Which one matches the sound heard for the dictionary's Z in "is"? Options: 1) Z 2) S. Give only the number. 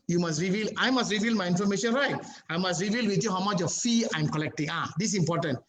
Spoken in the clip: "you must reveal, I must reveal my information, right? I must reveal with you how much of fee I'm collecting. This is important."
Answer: 2